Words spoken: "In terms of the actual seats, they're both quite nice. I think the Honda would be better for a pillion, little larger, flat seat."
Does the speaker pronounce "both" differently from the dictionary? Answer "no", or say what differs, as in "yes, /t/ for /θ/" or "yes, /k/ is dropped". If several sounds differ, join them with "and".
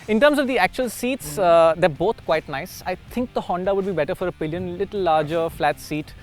yes, /t/ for /θ/